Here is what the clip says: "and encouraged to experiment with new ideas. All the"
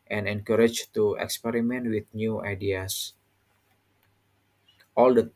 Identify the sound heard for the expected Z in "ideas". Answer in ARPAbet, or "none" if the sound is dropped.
S